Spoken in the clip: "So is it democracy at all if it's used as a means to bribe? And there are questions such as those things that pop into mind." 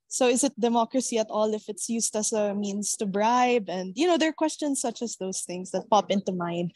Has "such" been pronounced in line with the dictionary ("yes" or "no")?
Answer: yes